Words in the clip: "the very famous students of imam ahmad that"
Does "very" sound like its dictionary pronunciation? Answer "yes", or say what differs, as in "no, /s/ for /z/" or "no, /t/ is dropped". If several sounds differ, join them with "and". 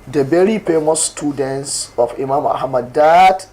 no, /b/ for /v/